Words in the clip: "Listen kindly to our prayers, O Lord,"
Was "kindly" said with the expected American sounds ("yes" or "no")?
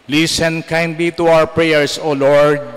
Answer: yes